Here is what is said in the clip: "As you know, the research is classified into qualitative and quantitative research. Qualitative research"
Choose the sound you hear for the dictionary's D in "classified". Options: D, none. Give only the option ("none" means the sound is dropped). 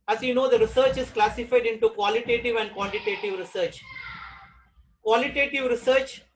D